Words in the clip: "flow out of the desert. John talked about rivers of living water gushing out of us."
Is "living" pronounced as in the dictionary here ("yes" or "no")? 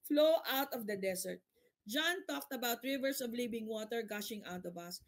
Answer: no